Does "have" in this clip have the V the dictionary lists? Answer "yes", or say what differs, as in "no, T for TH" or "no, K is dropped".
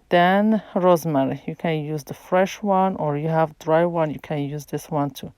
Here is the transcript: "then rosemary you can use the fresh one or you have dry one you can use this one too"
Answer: yes